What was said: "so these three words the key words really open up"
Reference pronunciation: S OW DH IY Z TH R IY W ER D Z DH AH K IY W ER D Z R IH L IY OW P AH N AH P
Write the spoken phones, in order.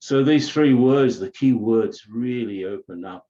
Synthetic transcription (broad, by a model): S OW DH IY Z TH R IY W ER D Z DH AH K IY W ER D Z R IH L IY OW P AH N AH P